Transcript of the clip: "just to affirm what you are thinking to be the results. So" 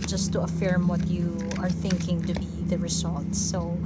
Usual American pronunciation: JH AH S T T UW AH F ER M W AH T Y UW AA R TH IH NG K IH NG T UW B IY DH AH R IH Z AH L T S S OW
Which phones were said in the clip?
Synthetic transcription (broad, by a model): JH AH S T T UW AH F ER M W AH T Y UW AA R TH IH NG K IH NG T UW B IY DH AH R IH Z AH L T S S OW